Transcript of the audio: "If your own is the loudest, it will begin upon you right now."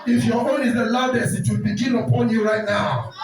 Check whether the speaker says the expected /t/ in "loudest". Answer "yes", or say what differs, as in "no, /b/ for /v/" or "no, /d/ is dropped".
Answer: no, /t/ is dropped